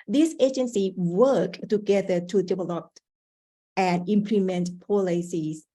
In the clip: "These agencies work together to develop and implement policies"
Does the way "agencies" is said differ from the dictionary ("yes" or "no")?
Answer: yes